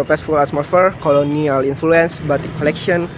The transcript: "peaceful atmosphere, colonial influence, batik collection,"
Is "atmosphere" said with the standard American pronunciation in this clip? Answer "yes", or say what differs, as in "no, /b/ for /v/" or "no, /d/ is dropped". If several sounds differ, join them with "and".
no, /s/ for /t/ and /s/ is dropped